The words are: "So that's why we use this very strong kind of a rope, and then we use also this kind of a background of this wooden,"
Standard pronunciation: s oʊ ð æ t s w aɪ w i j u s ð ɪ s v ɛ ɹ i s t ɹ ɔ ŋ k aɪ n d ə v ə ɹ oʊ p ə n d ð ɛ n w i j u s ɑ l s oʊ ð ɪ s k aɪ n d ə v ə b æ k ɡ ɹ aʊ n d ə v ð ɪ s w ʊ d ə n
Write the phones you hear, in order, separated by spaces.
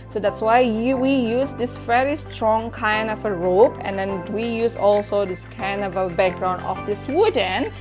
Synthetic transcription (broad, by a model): s oʊ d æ t s w aɪ w i j u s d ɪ s v ɛ ɹ i s t ɹ ɔ ŋ k aɪ n d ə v ə ɹ oʊ p ə n d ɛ n w i j u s ɑ l s oʊ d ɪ s k aɪ n d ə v ə b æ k ɡ ɹ aʊ n ə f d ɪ s w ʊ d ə n